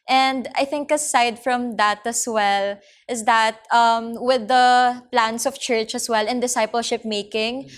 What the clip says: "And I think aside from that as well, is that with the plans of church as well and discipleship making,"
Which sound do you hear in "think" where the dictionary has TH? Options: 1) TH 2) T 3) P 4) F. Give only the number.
1